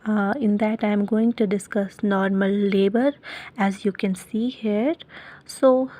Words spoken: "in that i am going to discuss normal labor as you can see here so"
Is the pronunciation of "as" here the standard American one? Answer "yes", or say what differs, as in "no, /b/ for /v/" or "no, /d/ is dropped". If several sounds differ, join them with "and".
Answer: yes